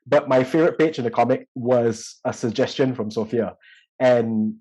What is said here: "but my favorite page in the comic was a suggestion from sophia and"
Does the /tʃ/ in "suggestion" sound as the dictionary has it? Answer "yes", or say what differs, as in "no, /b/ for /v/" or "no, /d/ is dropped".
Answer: yes